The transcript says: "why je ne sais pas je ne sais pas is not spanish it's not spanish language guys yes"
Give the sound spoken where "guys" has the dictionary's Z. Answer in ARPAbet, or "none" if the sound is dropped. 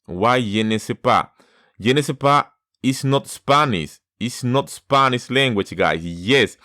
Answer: S